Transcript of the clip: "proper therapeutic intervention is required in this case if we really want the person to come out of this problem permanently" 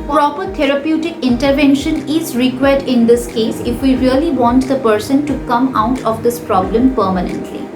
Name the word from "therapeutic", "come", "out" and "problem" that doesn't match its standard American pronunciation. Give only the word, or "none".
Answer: therapeutic